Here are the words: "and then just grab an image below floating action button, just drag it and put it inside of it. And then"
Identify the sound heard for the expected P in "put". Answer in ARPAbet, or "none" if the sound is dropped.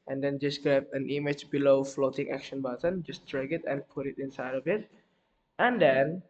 P